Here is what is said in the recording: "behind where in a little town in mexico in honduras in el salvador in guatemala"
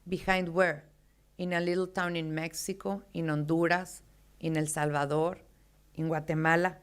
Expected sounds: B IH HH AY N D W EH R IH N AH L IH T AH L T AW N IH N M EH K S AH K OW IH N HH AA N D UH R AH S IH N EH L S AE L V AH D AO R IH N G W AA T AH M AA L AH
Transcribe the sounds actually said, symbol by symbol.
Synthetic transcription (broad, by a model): B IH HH AY N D W EH R IH N AH L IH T L T AW N IH N M EH K S AH K OW IH N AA N D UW R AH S IH N EH L S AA L B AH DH AO R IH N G W AA T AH M AA L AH